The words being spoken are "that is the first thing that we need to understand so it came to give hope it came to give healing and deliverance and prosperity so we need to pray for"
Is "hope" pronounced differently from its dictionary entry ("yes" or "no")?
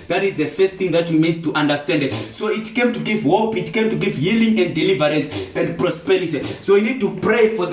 no